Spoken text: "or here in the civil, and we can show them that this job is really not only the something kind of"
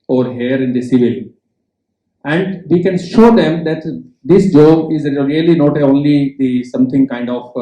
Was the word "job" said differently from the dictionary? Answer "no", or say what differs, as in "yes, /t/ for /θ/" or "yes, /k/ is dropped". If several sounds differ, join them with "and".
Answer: yes, /b/ is dropped